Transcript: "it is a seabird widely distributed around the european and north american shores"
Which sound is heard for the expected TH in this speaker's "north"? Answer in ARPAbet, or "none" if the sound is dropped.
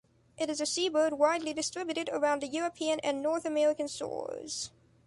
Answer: TH